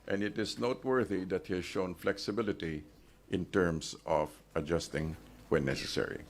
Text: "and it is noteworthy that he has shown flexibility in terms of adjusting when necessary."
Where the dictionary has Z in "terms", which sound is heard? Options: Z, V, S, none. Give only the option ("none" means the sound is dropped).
S